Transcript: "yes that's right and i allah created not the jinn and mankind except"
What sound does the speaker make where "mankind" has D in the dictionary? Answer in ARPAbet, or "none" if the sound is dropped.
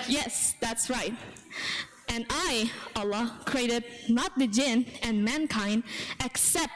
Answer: D